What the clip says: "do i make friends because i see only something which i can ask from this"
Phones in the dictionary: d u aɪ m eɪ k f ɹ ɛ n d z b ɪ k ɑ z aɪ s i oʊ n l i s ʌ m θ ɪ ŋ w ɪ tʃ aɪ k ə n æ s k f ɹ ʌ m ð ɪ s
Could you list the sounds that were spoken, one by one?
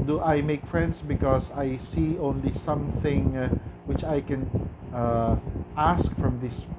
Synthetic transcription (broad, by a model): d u aɪ m eɪ k f ɹ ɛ n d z b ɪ k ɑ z aɪ s i oʊ n l i s ʌ m θ ɪ ŋ w ɪ tʃ aɪ k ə n æ s k f ɹ ʌ m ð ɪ s